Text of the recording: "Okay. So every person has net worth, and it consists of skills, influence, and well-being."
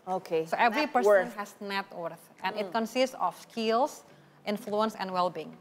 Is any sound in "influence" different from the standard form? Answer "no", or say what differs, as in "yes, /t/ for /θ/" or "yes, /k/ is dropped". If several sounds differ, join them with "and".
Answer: no